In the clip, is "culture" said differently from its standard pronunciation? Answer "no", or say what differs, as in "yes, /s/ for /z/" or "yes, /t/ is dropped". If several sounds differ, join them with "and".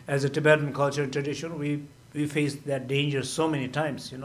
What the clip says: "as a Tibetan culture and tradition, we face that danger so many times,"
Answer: no